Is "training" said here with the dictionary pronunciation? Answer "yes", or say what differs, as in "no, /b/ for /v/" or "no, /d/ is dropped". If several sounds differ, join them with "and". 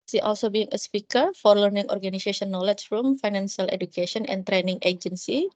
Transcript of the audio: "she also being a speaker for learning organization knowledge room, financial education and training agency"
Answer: yes